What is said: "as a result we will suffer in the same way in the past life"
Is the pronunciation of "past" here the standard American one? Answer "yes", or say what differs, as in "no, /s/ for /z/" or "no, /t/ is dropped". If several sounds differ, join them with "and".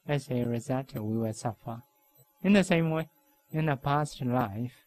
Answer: yes